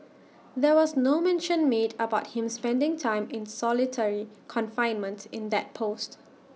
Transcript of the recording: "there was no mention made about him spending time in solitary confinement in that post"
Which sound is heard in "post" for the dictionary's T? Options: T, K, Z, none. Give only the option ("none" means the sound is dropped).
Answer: T